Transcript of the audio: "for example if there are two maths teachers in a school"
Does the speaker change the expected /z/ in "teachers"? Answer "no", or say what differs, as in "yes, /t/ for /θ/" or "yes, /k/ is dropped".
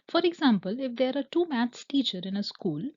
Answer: yes, /z/ is dropped